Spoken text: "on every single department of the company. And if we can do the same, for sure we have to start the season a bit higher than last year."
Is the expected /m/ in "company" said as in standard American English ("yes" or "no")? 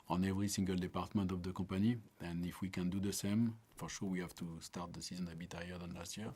no